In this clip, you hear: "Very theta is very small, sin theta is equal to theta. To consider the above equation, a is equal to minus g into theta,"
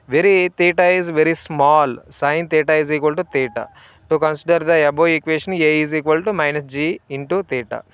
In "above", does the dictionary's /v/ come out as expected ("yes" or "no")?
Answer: no